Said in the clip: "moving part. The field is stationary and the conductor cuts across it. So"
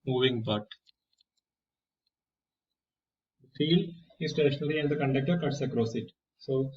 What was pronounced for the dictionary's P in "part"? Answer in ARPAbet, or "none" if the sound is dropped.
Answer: B